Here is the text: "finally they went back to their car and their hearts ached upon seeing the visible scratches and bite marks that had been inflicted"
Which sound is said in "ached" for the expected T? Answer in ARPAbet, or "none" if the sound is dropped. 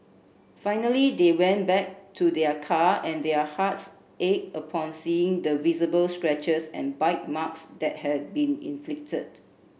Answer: none